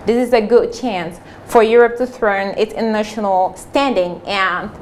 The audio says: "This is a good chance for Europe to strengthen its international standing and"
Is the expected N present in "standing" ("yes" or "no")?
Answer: yes